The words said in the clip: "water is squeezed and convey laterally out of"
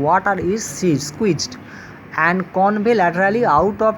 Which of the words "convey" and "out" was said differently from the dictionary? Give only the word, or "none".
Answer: convey